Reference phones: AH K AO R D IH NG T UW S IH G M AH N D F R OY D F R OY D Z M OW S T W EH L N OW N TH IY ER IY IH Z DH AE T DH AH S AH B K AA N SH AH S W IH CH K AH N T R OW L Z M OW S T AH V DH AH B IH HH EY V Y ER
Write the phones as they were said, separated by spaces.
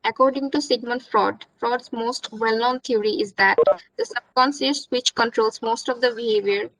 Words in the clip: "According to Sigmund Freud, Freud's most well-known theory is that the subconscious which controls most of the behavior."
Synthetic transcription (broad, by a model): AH K AO R D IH NG T UW S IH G M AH N F R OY D F R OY D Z M OW S T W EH L N OW N T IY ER IY IH Z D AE T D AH S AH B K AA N S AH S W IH CH K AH N T R OW L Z M OW S T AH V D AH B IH HH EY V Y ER